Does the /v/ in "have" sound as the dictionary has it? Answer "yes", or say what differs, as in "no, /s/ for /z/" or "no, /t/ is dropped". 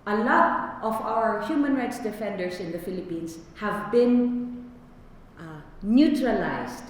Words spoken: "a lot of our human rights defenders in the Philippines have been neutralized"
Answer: yes